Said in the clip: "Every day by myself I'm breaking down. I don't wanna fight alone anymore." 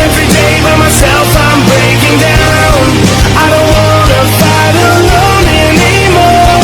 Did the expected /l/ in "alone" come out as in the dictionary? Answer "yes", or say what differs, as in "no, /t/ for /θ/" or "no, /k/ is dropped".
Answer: no, /n/ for /l/